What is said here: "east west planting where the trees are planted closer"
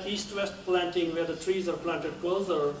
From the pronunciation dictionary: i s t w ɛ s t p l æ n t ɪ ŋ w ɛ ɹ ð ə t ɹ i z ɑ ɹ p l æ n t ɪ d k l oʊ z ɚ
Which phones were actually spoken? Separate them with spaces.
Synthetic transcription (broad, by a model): i s t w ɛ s t p l æ n t ɪ ŋ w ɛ ɹ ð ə t ɹ i z ɑ ɹ p l æ n t ɪ d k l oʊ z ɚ